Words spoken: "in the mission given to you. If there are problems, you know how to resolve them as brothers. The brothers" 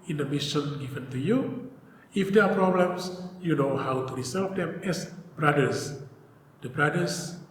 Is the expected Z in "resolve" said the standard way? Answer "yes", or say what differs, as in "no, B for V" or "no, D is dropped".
no, S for Z